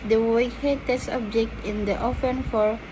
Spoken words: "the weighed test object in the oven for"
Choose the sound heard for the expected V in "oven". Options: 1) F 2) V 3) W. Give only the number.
1